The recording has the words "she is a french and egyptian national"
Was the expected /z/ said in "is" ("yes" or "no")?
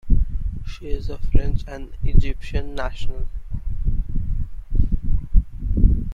yes